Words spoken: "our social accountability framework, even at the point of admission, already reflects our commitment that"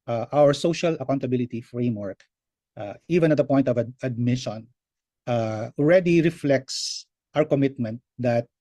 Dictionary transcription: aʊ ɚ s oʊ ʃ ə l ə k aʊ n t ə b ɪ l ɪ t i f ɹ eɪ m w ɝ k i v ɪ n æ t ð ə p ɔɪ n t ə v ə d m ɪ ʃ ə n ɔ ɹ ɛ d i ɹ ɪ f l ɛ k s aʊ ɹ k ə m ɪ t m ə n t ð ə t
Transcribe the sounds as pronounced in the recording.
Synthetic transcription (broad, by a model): aʊ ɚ s oʊ ʃ ə l ə k aʊ n t ə b ɪ l ɪ t i f ɹ eɪ m w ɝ k i v ɪ n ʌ t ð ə p ɔɪ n t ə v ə d m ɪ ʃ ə n ɔ ɹ ɛ d i ɹ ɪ f l ɛ k s aʊ ɹ k ə m ɪ t m ə n t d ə t